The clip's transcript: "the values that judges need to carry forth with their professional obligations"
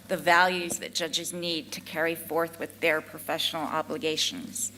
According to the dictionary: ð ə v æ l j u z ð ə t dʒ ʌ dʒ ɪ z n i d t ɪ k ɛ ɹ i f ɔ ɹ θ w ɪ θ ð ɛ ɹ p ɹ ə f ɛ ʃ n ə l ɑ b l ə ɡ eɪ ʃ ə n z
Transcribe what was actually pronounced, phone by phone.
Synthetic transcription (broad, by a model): ð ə v æ l j u z ð ə t dʒ ʌ dʒ ɪ z n i d t ɪ k ɛ ɹ i f ɔ ɹ θ w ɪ ð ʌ ɹ p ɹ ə f ɛ ʃ n l ɑ b l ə ɡ eɪ ʃ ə n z